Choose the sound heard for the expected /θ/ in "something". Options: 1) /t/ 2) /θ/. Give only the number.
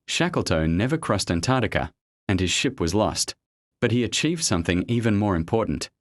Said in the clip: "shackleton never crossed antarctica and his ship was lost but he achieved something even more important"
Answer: 2